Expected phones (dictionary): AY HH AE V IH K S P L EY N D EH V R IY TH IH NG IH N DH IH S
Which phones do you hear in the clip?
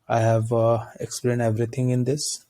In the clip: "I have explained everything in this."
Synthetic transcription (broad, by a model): AY HH AE V IH K S P L EY N D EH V R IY T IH NG IH N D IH S